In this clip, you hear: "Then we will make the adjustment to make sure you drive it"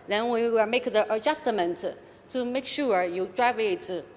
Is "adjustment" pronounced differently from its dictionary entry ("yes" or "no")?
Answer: no